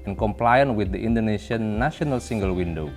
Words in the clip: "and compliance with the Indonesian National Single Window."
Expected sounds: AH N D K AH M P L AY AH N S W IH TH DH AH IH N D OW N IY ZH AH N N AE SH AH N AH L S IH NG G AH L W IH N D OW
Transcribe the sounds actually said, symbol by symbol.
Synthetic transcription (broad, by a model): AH N K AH M P L AY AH N W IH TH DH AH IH N D OW N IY SH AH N N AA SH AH N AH L S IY NG G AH L W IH N D OW